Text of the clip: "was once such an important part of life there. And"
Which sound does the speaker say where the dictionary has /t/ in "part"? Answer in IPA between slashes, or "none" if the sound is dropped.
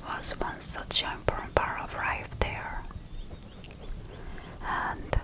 none